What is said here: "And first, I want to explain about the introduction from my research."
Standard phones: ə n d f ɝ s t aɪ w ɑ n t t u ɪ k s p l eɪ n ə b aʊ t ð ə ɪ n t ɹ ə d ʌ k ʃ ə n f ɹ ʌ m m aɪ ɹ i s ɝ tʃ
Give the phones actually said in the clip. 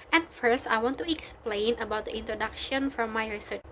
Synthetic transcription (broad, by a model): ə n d f ɝ s t aɪ w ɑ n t t u ɪ k s p l eɪ n ə b aʊ t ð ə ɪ n t ɹ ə d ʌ k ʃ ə n f ɹ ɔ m m aɪ ɹ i s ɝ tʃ